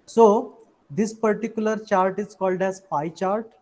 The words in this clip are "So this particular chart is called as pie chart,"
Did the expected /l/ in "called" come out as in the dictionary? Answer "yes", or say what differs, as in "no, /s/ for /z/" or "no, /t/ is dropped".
yes